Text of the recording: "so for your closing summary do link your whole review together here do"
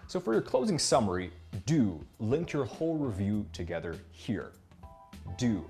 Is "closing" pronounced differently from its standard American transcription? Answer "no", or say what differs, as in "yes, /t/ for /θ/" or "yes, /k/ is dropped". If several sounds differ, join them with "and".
no